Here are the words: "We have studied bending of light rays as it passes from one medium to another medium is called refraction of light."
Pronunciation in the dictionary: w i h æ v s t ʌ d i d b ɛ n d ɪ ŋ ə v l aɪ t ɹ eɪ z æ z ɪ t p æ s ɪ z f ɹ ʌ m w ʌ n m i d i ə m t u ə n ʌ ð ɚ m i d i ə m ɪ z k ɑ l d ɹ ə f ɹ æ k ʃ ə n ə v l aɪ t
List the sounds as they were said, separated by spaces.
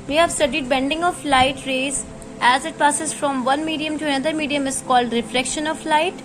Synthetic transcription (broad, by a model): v i h æ v s t ʌ d i d b ɛ n d ɪ ŋ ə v l aɪ t ɹ eɪ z æ z ɪ t p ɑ s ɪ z f ɹ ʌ m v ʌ n m i d i ə m t u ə n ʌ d ɚ m i d i ə m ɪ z k ɑ l d ɹ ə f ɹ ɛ k ʃ ə n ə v l aɪ t